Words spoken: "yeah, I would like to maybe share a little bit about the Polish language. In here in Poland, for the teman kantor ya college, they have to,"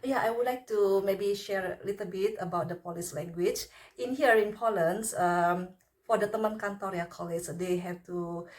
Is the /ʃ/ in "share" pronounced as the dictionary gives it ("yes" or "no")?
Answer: yes